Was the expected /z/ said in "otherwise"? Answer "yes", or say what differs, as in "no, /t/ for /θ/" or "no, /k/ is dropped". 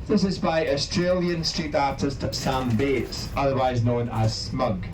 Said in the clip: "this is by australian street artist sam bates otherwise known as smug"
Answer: yes